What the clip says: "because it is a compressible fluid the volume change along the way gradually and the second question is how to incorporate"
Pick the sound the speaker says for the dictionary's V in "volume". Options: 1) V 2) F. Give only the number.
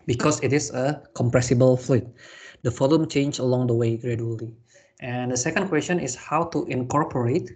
2